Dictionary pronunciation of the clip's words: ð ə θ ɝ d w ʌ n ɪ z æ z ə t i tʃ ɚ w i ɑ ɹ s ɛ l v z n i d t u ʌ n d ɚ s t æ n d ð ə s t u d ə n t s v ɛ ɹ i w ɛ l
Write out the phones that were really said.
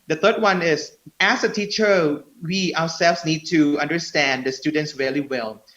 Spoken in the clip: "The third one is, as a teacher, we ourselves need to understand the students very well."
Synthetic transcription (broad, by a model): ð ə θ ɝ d w ʌ n ɪ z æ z ə t i tʃ ɚ w i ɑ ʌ s ɛ l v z n i d t u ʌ n d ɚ s t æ n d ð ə s t u d ə n t s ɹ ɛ l i w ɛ l